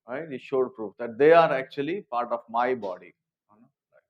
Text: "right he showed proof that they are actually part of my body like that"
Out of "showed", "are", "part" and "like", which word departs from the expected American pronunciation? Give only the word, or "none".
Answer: like